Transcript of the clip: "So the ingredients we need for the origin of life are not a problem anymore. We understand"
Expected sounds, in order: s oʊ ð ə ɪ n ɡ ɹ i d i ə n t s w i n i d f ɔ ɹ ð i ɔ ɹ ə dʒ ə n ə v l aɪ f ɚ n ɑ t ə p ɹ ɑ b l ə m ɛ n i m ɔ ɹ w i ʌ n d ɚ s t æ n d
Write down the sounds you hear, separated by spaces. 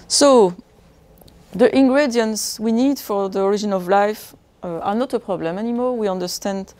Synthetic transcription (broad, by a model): s oʊ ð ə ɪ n ɡ ɹ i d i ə n t s w i n i d f ɔ ɹ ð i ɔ ɹ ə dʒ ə n ə v l aɪ f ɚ n ɑ t ə p ɹ ɑ b l ə m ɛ n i m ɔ l w i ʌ n d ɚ s t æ n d